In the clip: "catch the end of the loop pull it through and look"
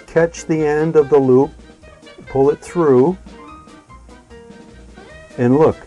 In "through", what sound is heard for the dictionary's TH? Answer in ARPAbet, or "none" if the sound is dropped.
TH